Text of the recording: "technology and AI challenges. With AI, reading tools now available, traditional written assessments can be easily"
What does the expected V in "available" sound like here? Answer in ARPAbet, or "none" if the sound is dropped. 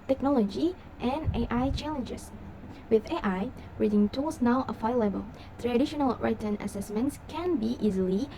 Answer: F